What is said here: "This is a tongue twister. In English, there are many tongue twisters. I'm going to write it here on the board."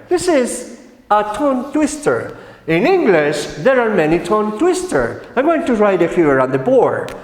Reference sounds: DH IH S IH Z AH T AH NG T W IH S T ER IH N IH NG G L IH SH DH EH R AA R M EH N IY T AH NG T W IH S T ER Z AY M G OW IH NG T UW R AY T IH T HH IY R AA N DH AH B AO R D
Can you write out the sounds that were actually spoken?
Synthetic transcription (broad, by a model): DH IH S IH Z AH T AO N T W IH S T ER IH N IH NG G L IH SH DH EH R AA R M EH N IY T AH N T W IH S T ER AY G OW IH NG T UW R AY T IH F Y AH R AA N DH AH B AO R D